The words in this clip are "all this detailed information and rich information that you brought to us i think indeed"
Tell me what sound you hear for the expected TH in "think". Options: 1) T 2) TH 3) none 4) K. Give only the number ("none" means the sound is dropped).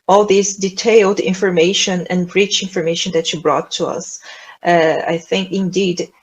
2